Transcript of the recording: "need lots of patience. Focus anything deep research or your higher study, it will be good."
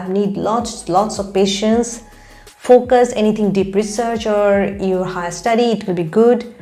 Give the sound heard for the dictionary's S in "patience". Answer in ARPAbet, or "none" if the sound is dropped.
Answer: S